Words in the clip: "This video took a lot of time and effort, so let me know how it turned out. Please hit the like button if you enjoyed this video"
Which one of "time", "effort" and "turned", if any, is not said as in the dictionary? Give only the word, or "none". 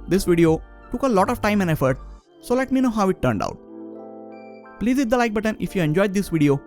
none